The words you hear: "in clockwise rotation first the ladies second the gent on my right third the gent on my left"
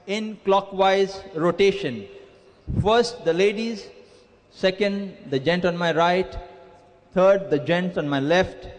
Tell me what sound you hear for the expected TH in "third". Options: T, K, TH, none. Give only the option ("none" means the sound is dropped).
T